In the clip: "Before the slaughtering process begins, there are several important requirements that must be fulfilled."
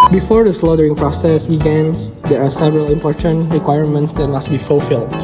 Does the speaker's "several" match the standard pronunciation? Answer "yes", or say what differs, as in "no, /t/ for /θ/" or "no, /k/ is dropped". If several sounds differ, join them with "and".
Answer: yes